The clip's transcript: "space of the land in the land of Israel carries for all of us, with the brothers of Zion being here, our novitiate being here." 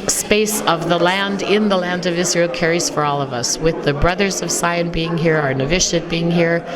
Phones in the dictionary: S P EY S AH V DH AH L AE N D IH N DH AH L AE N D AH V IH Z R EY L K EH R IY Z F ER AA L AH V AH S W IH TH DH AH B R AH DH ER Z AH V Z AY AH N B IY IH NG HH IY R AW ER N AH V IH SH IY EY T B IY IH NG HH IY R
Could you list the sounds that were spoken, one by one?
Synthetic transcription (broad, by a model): S P EY S AH V DH AH L AE N D IH N DH AH L AE N D AH V IH Z R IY L K EH R IY Z F ER AA L AH V AH S W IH DH AH B R AH DH ER Z AH V S AY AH N B IY IH NG HH IY R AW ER N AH V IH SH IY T B IY IH NG HH IY R